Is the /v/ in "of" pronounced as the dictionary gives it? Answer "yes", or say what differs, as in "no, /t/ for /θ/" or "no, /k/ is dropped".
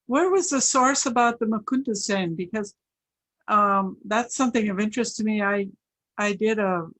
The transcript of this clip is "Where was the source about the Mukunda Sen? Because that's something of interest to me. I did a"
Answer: yes